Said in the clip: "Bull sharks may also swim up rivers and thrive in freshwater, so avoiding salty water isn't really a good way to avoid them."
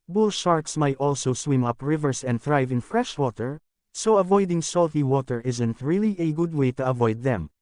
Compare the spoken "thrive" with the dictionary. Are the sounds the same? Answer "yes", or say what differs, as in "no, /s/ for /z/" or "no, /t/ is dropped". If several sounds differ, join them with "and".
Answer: yes